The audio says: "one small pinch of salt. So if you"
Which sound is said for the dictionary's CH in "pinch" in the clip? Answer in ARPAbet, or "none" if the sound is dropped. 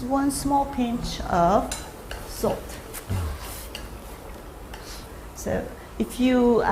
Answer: CH